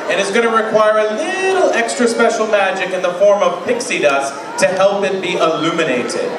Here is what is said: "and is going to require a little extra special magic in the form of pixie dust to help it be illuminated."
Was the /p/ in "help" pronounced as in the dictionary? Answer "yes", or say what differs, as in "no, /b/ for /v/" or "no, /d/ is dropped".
yes